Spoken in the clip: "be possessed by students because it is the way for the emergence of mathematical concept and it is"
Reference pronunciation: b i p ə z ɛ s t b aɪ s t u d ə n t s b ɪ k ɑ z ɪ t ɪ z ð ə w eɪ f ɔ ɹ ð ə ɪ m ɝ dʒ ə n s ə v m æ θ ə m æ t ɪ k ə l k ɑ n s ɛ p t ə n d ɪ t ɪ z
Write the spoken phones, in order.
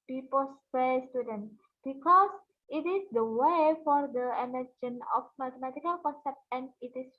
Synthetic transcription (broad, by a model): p i p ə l s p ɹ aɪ s t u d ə n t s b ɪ k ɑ s ɪ t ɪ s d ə w eɪ f ɔ ɹ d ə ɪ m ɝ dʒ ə n ə f m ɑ t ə m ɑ t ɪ k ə l k ɑ n s ɛ p t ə n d ɪ t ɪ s